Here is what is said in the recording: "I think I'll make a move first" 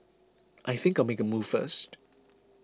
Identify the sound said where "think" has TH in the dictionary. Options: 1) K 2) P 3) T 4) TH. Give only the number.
4